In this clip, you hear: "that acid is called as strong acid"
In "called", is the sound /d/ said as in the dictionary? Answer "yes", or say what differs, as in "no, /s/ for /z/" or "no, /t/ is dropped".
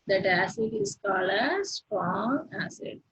no, /d/ is dropped